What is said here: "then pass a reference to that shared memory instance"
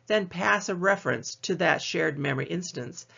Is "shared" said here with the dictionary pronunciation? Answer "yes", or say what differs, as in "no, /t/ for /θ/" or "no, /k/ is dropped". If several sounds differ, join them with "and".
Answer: yes